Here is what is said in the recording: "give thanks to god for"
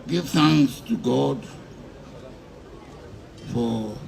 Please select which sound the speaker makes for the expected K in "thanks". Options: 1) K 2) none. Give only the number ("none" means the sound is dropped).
2